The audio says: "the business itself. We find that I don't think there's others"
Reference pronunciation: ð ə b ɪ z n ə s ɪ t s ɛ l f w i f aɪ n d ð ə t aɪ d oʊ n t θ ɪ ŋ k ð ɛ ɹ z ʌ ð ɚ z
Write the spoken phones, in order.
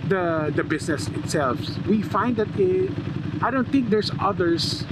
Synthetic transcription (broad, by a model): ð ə b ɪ s n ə s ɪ t s ɛ l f w i f aɪ n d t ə t aɪ d oʊ n t θ ɪ ŋ k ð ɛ ɹ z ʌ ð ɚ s